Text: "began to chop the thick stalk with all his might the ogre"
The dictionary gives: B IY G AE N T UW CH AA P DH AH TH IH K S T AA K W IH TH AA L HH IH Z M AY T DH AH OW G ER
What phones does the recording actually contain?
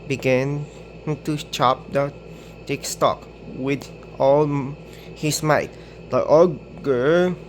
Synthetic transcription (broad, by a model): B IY G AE N T UW CH AA P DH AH T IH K S T AA K W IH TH AA L HH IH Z M AY T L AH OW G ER